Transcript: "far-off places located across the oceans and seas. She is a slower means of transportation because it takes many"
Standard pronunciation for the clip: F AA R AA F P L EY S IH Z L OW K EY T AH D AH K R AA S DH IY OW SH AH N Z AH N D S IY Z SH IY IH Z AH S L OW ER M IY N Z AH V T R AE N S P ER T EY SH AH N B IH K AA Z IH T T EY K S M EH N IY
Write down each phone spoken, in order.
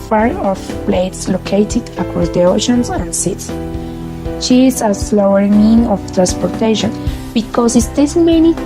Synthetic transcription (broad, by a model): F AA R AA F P L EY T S L OW K EY T AH D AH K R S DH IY OW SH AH N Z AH N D S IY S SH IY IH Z AH S L OW ER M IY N AH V T R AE N S P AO T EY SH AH N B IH K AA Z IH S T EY S M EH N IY